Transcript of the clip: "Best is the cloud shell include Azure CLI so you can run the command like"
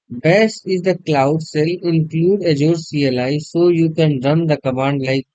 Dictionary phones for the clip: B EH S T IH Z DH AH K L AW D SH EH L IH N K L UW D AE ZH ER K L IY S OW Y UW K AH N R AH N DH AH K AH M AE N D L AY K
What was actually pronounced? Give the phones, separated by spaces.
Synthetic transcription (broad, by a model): B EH S T IH Z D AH K L AW D S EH L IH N K L UW D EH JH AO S L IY S OW Y UW K AH N R AH N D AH K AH M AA N D L AY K